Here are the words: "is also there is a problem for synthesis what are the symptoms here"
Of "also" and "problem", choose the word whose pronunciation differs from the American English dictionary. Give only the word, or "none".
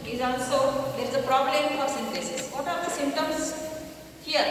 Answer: also